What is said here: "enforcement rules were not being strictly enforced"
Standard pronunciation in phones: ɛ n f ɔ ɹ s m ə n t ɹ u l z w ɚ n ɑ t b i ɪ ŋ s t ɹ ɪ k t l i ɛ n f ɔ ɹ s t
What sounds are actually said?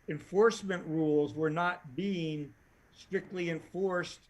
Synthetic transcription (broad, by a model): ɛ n f ɔ ɹ s m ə n t ɹ u l z w ɚ n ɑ t b i ɪ ŋ s t ɹ ɪ k t l i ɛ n f ɔ ɹ s t